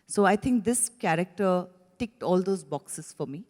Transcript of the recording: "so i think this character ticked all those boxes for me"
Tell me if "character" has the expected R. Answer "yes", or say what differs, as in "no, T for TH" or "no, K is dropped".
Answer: yes